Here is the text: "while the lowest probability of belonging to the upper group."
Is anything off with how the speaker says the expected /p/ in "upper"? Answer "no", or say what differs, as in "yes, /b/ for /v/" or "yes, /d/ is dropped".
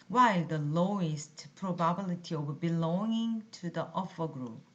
yes, /f/ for /p/